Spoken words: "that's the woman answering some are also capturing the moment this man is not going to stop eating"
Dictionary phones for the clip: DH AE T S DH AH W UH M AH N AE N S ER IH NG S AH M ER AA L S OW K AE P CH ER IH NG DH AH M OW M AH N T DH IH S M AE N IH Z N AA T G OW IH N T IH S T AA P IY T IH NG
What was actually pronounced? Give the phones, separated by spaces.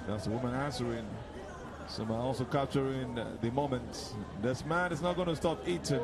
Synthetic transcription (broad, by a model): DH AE T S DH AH W UH M AH N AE N S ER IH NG S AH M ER AA L S OW K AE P CH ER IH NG DH AH M OW M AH N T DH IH S M AE N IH S N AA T G OW IH N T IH S T AA P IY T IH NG